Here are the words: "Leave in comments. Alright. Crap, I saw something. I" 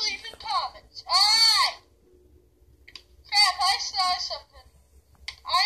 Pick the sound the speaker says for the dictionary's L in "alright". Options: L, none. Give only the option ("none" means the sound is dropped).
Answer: none